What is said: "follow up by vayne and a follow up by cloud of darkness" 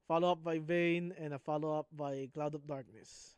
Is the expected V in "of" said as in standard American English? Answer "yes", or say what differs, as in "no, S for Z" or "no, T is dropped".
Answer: no, P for V